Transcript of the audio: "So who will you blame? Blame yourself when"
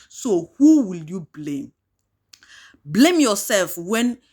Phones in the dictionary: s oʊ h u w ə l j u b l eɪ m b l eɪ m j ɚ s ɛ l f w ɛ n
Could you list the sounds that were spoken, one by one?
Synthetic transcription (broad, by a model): s oʊ h u w ə l j u b l eɪ m b l eɪ m j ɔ s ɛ l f w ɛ n